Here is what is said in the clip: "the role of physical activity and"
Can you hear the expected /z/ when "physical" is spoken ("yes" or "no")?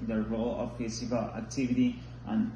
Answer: no